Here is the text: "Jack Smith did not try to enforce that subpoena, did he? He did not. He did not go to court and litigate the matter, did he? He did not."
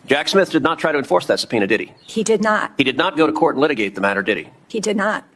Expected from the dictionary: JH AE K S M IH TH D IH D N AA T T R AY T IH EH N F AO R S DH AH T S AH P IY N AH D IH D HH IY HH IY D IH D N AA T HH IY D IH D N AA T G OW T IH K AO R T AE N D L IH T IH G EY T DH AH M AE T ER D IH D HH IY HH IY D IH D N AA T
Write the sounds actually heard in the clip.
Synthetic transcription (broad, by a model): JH AE K S M IH TH D IH D N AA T T R AY T IH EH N F AO R S DH AH T S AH P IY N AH D IH D IY HH IY D IH D N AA T HH IY D IH D N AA T G OW T IH K AO R T N L IH T IH G EY T DH AH M AE T ER D IH D IY HH IY D IH D N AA T